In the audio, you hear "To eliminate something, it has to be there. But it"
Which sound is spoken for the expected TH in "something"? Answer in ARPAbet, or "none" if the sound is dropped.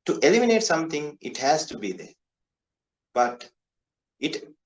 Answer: T